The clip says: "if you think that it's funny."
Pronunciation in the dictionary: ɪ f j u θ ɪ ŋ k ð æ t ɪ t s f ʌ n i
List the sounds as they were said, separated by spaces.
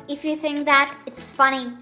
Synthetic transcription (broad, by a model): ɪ f j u θ ɪ ŋ k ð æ t ɪ t s f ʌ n i